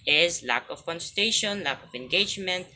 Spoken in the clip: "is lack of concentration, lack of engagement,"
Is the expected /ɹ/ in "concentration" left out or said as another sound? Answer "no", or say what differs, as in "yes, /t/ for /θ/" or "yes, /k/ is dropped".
yes, /ɹ/ is dropped